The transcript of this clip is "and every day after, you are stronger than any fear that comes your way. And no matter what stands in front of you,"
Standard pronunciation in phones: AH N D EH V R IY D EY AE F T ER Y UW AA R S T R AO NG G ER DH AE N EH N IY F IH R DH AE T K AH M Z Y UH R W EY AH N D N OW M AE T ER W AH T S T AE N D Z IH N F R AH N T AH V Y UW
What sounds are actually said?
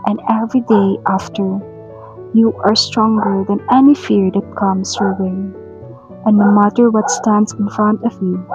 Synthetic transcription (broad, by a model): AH N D EH V R IY D EY AE F T ER Y UW AA R S T R AO NG G ER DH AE N EH N IY F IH R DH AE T K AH M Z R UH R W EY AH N N OW M AE T ER W AH T S T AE N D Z IH N F R AH N T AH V Y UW